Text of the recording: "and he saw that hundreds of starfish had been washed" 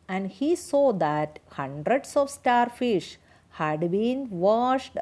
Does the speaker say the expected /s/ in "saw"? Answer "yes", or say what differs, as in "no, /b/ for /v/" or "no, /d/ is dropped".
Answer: yes